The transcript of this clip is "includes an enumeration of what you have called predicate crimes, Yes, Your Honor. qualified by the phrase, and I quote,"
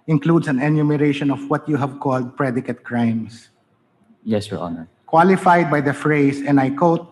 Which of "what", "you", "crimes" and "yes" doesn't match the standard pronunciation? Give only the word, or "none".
crimes